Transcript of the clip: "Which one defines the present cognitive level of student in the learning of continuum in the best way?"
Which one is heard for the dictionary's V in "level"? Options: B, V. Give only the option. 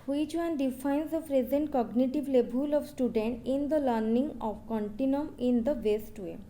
B